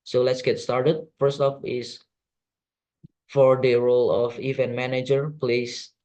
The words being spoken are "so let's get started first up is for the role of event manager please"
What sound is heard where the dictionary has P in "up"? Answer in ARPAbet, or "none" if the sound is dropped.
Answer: F